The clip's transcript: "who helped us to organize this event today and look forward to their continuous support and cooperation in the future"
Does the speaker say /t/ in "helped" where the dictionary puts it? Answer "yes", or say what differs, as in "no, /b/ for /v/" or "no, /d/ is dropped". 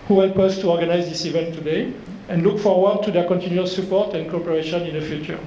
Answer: no, /t/ is dropped